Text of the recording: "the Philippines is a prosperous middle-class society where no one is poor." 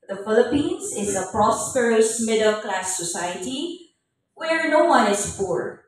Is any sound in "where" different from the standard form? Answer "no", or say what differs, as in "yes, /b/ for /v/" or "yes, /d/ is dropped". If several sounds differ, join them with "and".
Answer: no